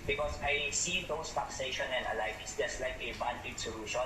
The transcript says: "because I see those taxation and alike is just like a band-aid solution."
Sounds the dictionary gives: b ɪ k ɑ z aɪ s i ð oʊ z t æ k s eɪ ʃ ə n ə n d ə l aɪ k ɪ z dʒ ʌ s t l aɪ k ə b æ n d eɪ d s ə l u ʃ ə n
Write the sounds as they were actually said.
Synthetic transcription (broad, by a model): b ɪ k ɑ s aɪ s i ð oʊ s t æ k s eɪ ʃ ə n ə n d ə l aɪ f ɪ s dʒ ʌ s t l aɪ k ə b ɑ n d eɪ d s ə l u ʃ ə n